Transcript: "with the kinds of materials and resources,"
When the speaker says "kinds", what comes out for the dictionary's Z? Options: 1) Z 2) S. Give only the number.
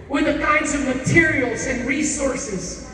1